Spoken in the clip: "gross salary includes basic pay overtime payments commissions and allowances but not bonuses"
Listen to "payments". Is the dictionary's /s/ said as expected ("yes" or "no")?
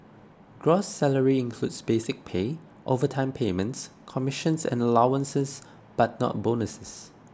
yes